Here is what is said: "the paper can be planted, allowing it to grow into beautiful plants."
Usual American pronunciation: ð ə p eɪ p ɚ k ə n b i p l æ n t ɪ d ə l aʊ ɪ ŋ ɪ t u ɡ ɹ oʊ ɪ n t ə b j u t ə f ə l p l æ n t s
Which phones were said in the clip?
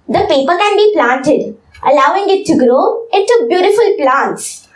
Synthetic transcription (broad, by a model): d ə p eɪ p ɚ k ə n b i p l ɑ n t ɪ d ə l aʊ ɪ ŋ ɪ t u ɡ ɹ oʊ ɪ t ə b j u t ə f ə l p l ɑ n t s